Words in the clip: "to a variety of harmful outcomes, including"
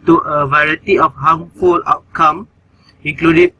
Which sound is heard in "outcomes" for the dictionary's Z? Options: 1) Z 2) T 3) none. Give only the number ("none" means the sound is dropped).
3